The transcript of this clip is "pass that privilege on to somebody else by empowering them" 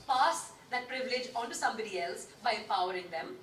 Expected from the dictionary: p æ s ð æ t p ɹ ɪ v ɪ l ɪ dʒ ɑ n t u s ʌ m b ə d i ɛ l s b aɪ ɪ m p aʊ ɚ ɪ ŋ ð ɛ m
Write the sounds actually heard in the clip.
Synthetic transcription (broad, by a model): p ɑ s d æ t p ɹ ɪ v ɪ l ɪ dʒ ɑ n t u s ʌ m b ə d i ɛ l s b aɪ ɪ p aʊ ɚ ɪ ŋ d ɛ m